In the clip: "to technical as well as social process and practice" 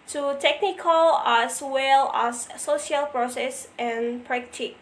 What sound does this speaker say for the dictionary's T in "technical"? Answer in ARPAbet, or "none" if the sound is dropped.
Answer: T